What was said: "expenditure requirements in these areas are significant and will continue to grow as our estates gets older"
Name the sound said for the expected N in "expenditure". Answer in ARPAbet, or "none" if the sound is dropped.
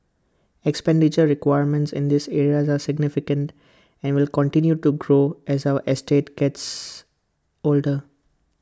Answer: N